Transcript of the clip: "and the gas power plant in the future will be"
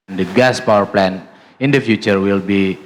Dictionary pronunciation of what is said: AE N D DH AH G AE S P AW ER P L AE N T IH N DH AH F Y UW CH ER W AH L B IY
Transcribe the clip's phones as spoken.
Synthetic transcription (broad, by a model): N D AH G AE S P AW ER P L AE N IH N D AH F Y UW CH ER W AH L B IY